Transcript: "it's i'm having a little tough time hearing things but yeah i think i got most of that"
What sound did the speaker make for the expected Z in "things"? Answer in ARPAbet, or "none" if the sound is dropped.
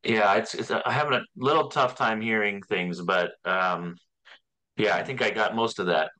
Z